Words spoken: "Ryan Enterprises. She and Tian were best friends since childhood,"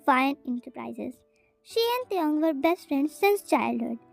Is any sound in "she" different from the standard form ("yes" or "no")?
no